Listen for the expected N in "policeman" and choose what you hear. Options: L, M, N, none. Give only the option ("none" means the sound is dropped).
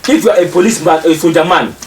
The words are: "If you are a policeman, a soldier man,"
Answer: none